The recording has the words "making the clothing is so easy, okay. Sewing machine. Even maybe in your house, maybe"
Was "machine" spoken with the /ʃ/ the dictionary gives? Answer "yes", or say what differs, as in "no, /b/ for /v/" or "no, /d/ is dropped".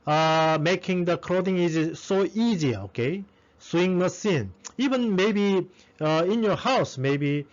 no, /s/ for /ʃ/